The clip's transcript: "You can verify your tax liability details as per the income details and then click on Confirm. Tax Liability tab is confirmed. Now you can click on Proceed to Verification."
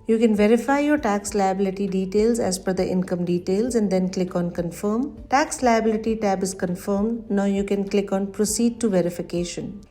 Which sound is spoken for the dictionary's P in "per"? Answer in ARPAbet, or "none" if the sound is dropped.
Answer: F